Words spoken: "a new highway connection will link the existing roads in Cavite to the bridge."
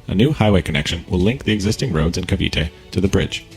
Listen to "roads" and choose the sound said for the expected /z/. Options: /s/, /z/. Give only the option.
/z/